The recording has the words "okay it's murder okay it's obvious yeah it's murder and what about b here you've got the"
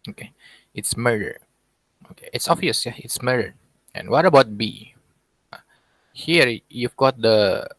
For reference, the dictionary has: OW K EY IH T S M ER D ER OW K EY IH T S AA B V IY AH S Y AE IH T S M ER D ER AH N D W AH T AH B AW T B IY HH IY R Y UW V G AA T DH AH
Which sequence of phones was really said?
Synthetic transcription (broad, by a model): OW K EY IH T S M ER D ER OW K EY IH T S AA V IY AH S Y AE IH T S M ER D ER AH N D W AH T AH B AW T B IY HH IY R Y UW V G AA T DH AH